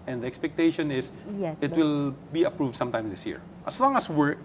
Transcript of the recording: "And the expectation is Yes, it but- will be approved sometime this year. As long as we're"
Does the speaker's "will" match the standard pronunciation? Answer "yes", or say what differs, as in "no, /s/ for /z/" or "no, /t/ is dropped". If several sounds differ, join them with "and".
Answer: yes